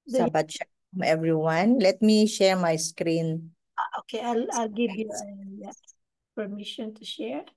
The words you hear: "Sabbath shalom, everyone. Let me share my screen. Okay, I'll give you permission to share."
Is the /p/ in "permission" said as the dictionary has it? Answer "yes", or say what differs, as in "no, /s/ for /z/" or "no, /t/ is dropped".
yes